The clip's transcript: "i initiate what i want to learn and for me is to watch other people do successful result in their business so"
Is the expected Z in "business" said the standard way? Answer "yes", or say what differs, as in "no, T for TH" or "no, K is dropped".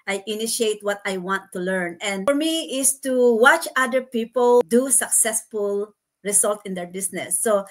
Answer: no, S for Z